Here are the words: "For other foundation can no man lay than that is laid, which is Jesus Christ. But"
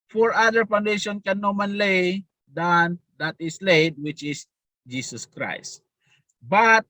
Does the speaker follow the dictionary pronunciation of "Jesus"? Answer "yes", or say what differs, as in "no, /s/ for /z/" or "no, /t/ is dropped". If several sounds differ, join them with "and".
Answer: no, /s/ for /z/